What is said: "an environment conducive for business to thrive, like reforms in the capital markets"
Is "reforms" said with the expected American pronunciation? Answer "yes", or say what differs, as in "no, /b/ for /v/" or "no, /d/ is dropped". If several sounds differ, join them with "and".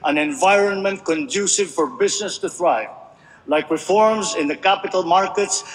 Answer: yes